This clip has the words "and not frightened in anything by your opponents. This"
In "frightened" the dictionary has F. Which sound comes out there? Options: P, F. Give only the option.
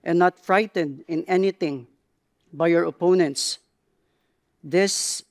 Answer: F